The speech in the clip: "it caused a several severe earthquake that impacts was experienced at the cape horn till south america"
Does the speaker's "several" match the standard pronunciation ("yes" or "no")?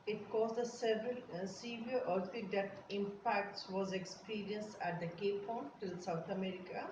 yes